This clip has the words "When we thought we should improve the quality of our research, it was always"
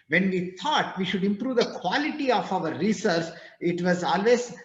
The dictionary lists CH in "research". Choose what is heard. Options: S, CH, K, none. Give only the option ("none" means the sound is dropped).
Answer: S